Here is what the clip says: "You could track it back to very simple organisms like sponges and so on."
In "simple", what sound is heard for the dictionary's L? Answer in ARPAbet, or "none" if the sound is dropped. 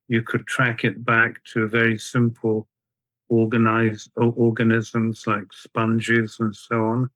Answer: N